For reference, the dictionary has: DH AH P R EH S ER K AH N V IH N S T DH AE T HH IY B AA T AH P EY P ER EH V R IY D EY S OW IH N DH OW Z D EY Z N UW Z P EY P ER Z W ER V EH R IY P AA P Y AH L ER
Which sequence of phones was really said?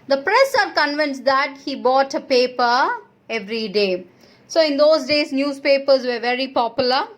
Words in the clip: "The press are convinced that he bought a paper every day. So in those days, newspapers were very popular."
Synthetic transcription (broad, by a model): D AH P R EH S ER K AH N V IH N S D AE T HH IY B AA T AH P EY P ER EH V R IY D EY S OW IH N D OW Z D EY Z N UW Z P EY P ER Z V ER V EH R IY P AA P Y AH L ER